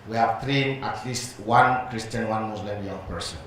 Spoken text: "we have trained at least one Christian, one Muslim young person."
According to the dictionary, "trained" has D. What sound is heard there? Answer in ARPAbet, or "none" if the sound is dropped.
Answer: none